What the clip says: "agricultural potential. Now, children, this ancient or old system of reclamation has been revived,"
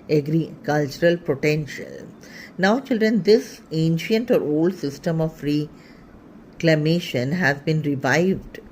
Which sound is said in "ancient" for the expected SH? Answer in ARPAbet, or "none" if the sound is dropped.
SH